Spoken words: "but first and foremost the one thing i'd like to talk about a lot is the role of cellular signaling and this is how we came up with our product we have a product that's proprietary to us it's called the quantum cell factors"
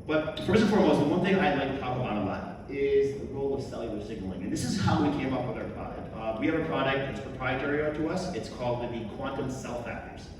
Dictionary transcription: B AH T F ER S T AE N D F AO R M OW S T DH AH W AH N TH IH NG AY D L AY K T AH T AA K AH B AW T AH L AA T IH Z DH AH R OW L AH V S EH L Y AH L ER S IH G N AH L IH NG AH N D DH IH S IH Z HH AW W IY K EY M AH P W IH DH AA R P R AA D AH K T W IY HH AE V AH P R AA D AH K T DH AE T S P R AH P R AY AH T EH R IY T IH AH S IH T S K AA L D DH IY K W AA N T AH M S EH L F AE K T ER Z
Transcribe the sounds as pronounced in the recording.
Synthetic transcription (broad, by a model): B AH T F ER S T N F AO R M OW S T DH AH W AH N TH IH NG AY L AY K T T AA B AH AW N AH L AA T IH Z DH AH R OW L AH V S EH L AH ER S IH G N L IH NG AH N DH IH S IH Z HH AW W IY K EY M AH P W IH DH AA R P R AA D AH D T W IY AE V AH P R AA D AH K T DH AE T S P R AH P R AY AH T EH R IY T IH AH S IH T S K AA L D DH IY K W AA N T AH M S EH L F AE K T ER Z